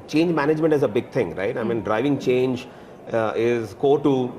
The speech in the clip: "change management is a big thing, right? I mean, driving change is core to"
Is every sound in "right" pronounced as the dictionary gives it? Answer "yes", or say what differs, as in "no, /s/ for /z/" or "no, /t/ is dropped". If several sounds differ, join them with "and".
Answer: yes